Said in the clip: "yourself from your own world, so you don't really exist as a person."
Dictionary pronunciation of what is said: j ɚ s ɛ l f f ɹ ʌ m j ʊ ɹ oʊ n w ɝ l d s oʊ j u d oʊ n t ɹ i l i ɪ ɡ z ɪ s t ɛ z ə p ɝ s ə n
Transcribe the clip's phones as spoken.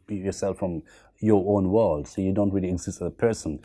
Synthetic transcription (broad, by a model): j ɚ s ɛ l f f ɹ ʌ m j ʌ ɹ oʊ n w ɝ l d s oʊ j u d oʊ n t ɹ i l i ɪ ɡ z ɪ s t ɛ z ə p ɝ s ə n